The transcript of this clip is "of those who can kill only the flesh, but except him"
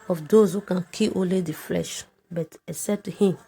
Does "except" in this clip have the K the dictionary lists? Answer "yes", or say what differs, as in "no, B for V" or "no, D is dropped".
no, K is dropped